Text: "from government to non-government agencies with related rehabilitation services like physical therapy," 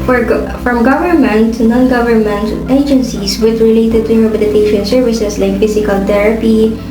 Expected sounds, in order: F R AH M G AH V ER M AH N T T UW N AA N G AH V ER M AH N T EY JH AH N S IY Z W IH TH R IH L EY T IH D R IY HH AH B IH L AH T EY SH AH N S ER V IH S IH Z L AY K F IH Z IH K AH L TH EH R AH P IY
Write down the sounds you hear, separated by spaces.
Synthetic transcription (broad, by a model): F R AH M G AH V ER M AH N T T UW N AA N G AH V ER M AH N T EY JH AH N S IY S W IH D R IH L EY T IH D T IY HH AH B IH L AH T EY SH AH N S ER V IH S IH S L AY K F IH S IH K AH L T EH R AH P IY